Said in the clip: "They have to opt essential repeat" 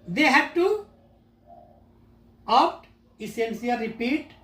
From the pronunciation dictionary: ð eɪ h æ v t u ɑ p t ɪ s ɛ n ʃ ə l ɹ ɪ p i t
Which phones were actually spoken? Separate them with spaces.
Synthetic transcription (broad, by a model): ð eɪ h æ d t u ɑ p t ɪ s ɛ n s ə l ɹ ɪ p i t